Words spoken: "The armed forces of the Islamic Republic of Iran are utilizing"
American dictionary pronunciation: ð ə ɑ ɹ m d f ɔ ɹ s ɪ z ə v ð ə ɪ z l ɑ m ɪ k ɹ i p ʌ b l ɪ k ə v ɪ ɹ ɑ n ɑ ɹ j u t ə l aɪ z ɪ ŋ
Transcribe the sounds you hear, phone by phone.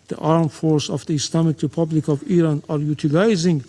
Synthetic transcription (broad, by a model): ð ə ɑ ɹ m f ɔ ɹ s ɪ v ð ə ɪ s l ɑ m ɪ k ɹ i p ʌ b l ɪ k ə v ɪ ɹ ɑ n ɑ ɹ j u t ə l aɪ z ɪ ŋ